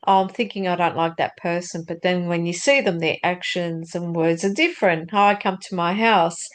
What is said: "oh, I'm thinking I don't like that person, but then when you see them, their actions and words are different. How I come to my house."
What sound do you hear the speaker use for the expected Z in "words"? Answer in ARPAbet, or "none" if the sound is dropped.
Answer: Z